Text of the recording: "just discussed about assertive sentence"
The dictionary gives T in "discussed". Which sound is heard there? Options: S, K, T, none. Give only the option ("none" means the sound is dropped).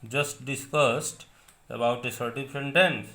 T